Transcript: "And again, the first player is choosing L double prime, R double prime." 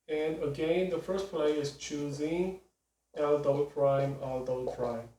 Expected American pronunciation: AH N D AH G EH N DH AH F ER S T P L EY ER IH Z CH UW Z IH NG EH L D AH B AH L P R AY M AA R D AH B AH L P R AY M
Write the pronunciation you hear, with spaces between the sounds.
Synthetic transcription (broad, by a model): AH N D AH G EH N DH AH F ER S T P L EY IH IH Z CH UW Z IH NG EH L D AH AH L P R AY M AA L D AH AH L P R AY M